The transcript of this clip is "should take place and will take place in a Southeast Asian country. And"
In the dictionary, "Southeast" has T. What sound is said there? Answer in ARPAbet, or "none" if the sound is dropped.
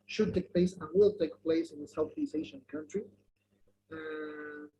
none